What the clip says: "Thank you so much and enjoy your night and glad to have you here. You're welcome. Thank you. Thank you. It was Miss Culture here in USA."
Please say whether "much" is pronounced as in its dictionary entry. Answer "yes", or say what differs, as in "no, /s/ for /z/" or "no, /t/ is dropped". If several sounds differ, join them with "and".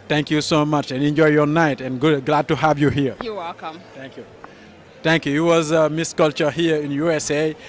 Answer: yes